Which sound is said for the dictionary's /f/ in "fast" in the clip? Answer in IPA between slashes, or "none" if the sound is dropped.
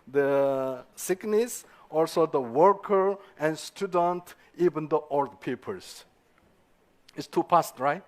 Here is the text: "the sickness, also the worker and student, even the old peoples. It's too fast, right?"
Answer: /p/